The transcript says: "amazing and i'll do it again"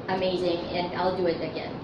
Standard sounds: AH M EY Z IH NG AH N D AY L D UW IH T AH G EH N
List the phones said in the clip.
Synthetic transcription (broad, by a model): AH M EY Z IH NG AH N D AY L D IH IH T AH G EH N